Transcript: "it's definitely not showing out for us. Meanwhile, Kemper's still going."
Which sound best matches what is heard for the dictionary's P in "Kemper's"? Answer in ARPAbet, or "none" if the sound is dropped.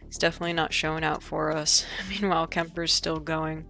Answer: P